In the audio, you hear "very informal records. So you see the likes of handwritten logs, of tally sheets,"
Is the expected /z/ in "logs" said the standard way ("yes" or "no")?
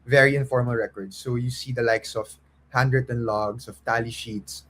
no